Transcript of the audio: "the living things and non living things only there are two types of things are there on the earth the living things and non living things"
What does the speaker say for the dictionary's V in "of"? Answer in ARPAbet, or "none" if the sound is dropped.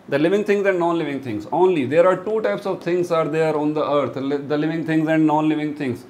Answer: V